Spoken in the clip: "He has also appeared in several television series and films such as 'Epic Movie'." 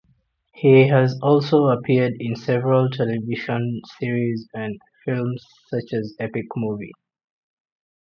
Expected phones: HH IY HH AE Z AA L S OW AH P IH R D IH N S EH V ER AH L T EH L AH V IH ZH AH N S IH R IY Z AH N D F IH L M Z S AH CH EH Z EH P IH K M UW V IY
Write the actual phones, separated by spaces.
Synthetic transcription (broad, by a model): HH IY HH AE Z AA L S OW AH P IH D IH N S EH V ER AH L T EH L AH V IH SH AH N S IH R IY Z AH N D F IH L M Z S AH CH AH Z EH P IH K M UW V IY